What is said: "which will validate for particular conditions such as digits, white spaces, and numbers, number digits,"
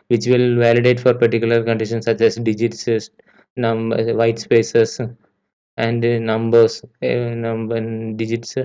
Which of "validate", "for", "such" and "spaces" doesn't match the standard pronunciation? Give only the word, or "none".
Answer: spaces